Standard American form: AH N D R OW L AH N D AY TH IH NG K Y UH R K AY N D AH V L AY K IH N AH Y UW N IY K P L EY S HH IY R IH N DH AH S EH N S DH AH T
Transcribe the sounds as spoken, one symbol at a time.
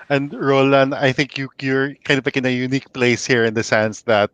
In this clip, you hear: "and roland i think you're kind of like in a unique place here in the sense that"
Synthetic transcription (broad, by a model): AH N D R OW L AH N AY TH IH NG K Y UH R K AY N D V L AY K IH N AH Y UW N IY K P L EY S HH IY R IH N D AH S EH N S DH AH T